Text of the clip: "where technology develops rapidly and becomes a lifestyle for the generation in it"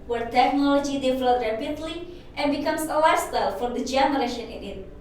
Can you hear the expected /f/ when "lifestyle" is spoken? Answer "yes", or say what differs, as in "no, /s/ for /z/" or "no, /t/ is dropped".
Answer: no, /f/ is dropped